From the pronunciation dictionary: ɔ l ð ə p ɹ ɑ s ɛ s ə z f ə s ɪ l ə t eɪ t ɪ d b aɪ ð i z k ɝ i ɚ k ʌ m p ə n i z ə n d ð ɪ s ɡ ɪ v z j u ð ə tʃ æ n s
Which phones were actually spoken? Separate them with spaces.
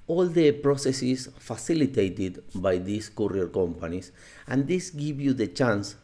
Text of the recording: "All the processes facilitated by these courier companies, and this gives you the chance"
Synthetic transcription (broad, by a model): ɔ l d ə p ɹ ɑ s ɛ s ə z f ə s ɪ l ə t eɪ t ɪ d b aɪ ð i s k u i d k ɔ m p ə n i s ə n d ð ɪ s ɡ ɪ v j u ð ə tʃ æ n s